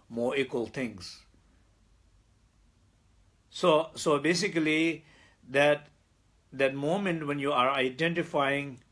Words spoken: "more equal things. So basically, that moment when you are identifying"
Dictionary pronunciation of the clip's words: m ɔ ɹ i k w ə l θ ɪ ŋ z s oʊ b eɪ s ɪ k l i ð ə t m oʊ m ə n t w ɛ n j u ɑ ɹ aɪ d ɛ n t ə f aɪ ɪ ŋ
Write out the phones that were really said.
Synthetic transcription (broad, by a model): m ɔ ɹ i k w ə l t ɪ ŋ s s oʊ b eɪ s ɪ k l i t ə t m oʊ m ə n t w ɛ n j u ɑ ɹ aɪ d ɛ n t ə f aɪ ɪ ŋ